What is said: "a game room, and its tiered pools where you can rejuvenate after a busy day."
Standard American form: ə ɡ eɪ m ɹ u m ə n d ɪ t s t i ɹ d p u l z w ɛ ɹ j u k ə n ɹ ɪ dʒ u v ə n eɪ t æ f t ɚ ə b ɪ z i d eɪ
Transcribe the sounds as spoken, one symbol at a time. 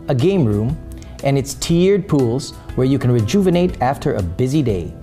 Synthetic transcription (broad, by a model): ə ɡ eɪ m ɹ u m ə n ɪ t s t i ɹ d p u l z w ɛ ɹ j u k ə n ɹ ɪ dʒ u v ə n eɪ t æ f t ɚ ə b ɪ z i d eɪ